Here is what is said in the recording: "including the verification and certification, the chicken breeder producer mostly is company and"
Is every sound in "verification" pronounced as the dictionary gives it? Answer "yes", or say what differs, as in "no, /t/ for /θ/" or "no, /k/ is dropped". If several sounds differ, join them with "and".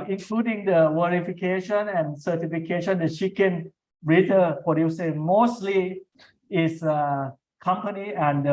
no, /w/ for /v/